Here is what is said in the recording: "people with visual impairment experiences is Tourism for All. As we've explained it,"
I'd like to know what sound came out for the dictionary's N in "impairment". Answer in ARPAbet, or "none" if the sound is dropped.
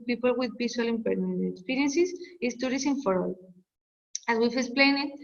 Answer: none